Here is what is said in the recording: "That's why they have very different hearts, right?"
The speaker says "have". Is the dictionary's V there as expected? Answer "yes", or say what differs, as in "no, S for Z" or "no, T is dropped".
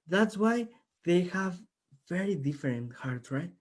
yes